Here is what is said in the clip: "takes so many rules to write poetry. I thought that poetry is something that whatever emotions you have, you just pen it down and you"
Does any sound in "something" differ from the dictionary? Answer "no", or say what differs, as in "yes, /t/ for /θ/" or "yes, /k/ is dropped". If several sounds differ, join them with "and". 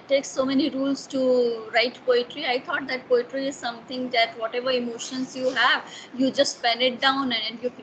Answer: yes, /t/ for /θ/